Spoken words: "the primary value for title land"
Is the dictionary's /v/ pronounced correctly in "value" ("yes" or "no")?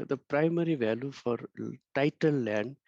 yes